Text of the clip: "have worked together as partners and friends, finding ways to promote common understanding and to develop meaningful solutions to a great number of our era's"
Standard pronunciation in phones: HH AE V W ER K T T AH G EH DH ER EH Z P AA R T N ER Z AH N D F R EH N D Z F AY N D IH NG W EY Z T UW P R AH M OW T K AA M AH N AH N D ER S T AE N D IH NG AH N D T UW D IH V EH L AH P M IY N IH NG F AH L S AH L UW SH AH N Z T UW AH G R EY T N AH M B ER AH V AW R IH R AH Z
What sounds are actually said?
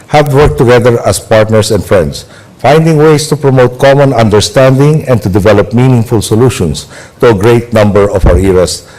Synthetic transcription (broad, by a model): HH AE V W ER K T T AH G EH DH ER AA S P AA R T N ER S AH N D F R EH N D S F AY N D IH NG W EY S T UW P R AH M OW T K AA M AH N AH N D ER S T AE N D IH NG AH N T UW D IH V EH L AH P M IY N IH NG F AH L S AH L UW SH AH N S T UW AH G R EY T N AH M B ER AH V AW R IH R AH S